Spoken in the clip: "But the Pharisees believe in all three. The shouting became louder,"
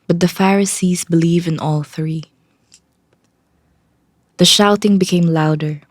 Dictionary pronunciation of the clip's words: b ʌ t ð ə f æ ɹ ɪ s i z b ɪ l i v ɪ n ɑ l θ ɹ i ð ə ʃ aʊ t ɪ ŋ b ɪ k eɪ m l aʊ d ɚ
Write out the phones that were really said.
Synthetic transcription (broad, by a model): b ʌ t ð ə f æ ɹ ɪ s i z b ɪ l i v ɪ n ɑ l θ ɹ i ð ə ʃ aʊ t ɪ ŋ b ɪ k eɪ m l aʊ d ɚ